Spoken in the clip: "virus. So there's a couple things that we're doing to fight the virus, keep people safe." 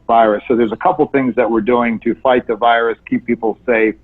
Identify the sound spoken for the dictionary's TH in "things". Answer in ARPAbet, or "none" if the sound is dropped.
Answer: TH